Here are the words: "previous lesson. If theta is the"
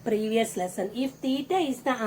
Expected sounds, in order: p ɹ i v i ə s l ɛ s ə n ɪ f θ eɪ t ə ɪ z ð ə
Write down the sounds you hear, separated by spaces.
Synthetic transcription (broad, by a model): p ɹ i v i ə s l ɛ s ə n ɪ f t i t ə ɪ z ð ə